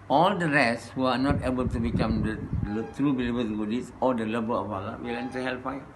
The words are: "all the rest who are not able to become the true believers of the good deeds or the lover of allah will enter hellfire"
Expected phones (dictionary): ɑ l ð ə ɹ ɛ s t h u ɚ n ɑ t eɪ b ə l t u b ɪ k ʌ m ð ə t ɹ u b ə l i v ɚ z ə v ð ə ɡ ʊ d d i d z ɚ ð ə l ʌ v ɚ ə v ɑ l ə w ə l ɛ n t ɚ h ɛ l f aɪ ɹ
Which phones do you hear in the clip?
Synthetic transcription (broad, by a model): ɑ l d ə ɹ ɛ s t h u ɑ n ɑ t eɪ b ə l t u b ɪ k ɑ m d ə t ɹ u b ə l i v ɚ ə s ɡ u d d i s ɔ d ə l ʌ b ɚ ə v ɑ l ə w ə l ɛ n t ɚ h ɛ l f aɪ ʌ